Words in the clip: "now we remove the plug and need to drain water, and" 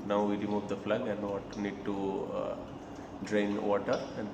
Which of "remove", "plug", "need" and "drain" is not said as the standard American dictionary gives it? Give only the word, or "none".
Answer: plug